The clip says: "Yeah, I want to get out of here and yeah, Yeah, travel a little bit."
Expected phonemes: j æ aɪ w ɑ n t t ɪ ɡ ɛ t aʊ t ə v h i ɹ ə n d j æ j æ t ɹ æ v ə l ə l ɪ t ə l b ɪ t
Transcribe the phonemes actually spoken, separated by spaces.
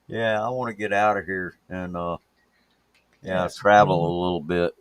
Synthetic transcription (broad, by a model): j æ aɪ w ɑ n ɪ ɡ ɛ t aʊ t ə v h i ɹ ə n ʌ j æ s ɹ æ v l ə l ɪ t l b ɪ t